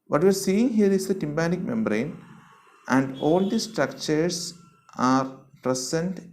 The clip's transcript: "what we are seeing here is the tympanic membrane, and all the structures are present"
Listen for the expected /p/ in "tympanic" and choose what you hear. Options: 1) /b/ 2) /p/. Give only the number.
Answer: 1